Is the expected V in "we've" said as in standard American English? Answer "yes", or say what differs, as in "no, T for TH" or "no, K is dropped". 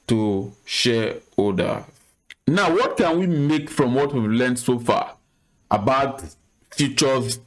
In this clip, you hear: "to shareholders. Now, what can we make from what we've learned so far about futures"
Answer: yes